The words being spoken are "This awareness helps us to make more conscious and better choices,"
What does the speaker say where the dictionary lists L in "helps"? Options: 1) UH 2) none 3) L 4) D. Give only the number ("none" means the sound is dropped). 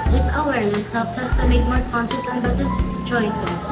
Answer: 2